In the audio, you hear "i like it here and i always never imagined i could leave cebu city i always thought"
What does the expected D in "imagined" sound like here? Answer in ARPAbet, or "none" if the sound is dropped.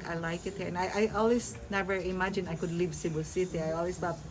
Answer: none